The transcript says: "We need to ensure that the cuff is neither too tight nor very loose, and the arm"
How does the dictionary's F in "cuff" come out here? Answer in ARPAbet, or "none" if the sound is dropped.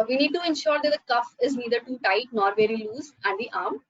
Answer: F